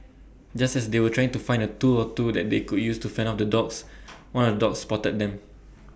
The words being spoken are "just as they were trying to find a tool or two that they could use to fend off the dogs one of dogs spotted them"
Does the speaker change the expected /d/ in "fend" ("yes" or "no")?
yes